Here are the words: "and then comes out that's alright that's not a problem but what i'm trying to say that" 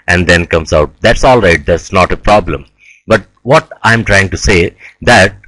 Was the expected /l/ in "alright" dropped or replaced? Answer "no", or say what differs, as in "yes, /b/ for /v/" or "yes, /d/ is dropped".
no